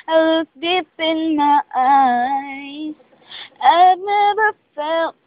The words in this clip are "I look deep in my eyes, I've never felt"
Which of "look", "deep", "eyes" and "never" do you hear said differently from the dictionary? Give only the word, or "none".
look